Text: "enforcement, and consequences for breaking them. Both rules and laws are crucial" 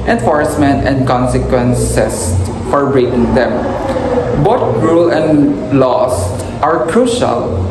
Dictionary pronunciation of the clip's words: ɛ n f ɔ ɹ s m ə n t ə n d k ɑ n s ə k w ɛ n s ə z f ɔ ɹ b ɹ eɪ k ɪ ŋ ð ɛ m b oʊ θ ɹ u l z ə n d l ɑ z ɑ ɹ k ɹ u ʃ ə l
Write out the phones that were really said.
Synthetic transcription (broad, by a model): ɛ n f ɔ ɹ s m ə n t ə n d k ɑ n s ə k w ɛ n s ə s f ɔ ɹ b ɹ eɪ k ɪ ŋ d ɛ m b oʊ t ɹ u l ə n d l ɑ s ɑ ɹ k ɹ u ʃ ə l